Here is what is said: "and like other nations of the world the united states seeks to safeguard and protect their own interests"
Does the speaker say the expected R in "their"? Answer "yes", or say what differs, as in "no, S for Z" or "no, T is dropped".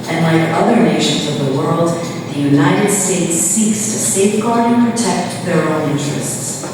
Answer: yes